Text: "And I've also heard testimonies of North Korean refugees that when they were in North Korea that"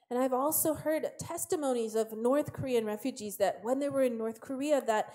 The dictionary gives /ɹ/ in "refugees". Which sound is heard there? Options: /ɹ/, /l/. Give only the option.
/ɹ/